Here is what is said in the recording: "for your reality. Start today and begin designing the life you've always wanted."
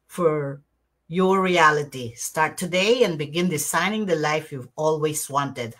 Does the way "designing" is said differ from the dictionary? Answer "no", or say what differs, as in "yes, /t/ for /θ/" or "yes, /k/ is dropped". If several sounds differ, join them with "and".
yes, /s/ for /z/